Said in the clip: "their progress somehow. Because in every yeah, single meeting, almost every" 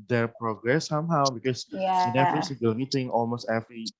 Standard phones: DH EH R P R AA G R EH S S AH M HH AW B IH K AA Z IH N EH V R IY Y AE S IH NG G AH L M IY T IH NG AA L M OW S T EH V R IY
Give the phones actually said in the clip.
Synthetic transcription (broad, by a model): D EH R P R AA G R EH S S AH M HH AW B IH K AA S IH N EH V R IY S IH G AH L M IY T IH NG AA L M OW S T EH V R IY